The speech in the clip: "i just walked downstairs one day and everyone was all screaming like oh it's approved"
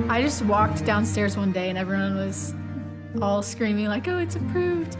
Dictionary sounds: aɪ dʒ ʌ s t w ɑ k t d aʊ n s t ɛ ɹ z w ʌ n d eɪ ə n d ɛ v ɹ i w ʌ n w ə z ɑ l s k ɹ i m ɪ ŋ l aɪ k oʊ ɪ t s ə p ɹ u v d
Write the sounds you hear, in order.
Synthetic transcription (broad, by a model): aɪ dʒ ʌ s t w ɑ k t d aʊ n s t ɛ ɹ z w ʌ n d eɪ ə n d ɛ v ɹ i w ʌ n w ə z ɑ l s k ɹ i m ɪ ŋ l aɪ k oʊ ɪ t s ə p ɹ u v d